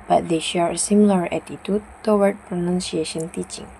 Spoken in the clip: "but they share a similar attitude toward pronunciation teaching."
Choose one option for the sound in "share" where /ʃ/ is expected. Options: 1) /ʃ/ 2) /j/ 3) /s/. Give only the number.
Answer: 1